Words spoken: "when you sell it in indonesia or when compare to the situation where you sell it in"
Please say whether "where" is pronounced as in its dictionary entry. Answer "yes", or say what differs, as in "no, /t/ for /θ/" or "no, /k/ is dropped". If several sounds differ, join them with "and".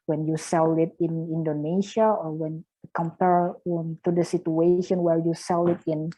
no, /l/ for /ɹ/